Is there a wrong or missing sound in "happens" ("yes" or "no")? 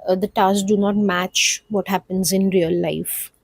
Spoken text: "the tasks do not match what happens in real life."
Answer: no